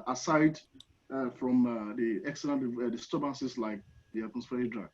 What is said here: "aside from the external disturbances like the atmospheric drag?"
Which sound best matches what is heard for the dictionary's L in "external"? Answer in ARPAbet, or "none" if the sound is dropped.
N